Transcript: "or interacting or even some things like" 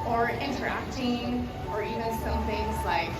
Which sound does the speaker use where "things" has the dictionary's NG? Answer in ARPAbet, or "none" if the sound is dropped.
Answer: NG